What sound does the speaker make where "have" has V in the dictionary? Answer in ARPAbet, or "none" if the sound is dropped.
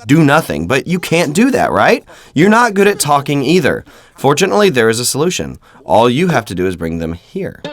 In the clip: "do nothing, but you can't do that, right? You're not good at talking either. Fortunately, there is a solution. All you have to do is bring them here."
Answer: F